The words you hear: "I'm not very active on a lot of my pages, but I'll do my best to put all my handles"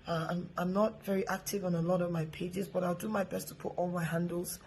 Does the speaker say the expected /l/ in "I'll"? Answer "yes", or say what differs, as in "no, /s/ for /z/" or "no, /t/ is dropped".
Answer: yes